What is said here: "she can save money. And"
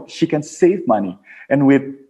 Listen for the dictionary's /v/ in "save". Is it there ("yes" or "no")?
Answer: yes